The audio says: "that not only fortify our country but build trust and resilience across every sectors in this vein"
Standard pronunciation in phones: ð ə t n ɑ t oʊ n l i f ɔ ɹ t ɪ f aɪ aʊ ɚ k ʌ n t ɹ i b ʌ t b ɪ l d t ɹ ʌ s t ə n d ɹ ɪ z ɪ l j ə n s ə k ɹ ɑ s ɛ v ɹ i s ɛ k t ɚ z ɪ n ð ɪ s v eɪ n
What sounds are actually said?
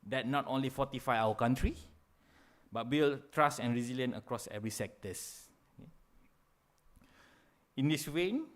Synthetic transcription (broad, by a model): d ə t n ɑ t oʊ n l i f ɔ t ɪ f aɪ aʊ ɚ k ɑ n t ɹ i b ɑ t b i l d t ɹ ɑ s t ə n ɹ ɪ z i l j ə n ə k ɹ ɑ s ɛ v ɹ i s ɛ k t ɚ s ɪ n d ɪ s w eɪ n